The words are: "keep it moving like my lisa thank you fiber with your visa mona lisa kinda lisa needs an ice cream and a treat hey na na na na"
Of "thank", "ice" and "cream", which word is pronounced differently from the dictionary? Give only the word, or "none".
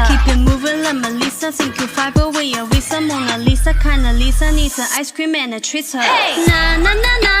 thank